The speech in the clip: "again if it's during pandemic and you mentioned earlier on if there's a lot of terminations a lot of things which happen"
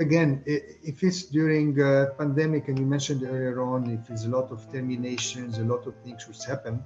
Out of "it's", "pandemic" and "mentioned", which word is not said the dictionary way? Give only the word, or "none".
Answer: none